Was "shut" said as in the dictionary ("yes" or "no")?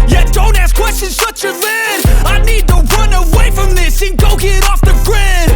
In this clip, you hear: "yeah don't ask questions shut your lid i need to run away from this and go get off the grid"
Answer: no